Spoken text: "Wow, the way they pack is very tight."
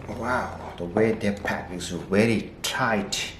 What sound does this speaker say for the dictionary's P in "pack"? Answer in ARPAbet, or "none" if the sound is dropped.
P